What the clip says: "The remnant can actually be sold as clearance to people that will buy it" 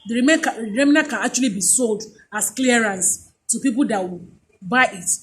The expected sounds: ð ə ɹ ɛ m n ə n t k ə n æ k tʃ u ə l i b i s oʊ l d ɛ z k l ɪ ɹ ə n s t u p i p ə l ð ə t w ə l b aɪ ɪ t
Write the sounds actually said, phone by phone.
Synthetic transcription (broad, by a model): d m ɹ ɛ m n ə k ə n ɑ k tʃ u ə l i b i s oʊ l d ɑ s k l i ɹ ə n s t u p i p ə l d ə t w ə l b aɪ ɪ t